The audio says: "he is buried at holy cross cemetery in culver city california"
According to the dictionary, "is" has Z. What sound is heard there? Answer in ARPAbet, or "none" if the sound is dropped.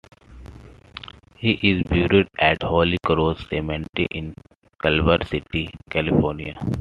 Z